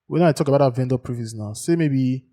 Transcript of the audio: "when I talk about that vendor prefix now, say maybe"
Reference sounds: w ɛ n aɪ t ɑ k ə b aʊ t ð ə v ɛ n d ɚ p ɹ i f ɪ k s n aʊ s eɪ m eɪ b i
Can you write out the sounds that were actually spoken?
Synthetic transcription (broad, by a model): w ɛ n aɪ t ɑ k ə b aʊ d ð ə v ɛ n d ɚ p ɹ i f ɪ s n aʊ s eɪ m eɪ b i